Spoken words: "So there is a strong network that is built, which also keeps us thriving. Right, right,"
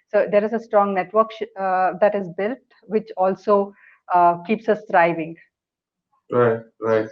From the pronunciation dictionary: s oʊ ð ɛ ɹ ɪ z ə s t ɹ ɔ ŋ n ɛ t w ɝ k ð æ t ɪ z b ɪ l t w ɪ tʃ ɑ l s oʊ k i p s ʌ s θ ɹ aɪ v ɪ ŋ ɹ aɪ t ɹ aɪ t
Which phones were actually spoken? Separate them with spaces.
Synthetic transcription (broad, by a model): s oʊ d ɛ ɹ ɪ z ə s t ɹ ɔ ŋ n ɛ t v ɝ k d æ t ɪ z b ɪ l t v ɪ tʃ ɑ l s oʊ k i p s ʌ s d ɹ aɪ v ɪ ŋ ɹ aɪ t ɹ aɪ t